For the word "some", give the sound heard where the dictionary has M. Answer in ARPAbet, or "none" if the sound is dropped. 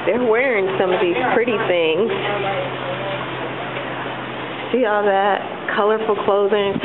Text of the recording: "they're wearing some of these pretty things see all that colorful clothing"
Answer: M